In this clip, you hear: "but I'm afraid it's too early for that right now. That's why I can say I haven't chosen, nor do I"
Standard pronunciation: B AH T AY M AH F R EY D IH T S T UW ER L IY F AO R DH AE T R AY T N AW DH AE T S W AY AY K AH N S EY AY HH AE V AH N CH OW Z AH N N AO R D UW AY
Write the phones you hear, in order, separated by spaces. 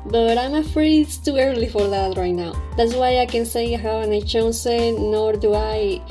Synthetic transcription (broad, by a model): B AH T AY M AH F R EY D IH T S T UW ER L IY F AO R DH AE T R AY T N AW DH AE T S W AY AY K AH N S EY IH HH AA W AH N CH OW S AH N N AO R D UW AY